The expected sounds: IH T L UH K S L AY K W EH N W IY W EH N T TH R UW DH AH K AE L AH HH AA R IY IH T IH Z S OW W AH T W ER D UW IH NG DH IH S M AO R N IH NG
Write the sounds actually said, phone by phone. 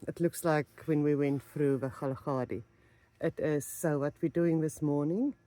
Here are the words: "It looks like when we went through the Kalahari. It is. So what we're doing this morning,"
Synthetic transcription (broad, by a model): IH T L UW K S L AY K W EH N W IY W EH N T F R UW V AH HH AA L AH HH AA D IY IH T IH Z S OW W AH T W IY D UW IH NG DH IH S M AO N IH NG